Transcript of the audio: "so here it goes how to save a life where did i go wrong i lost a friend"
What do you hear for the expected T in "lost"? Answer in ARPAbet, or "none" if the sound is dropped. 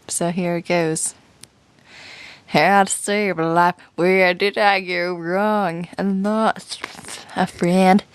none